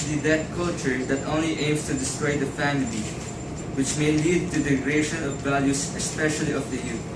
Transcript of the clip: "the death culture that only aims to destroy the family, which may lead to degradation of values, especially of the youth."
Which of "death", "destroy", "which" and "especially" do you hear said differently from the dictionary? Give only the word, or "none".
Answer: death